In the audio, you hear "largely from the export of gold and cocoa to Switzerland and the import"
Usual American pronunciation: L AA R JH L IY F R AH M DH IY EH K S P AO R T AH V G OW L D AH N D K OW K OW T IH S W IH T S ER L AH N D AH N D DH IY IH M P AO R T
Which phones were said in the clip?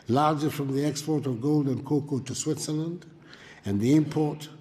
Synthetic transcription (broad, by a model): L AA R JH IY F R AH M DH IY EH K S P AO R T AH V G OW L D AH N K OW K OW T IH S W IH T S ER L AH N D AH N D DH IY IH M P AO R T